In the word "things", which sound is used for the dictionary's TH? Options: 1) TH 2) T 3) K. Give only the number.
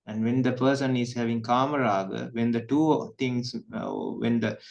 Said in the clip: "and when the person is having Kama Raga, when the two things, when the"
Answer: 2